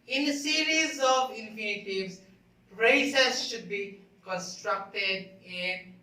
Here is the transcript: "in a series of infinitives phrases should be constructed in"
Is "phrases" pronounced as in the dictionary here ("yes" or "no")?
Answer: no